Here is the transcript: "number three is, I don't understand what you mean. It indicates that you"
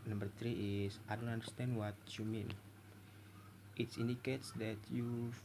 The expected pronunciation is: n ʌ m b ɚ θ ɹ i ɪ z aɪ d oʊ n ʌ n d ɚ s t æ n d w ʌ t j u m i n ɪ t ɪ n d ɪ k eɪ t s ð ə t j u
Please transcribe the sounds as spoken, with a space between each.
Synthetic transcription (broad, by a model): n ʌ m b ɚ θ ɹ i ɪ s aɪ d oʊ n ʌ n d ɚ s t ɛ n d w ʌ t j u m i n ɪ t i n d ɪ k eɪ t s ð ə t j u